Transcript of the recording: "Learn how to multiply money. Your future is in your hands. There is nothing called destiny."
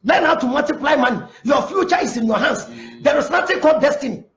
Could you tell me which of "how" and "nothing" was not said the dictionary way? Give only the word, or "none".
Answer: nothing